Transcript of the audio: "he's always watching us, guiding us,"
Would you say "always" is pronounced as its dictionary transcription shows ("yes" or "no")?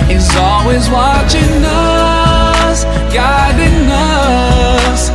yes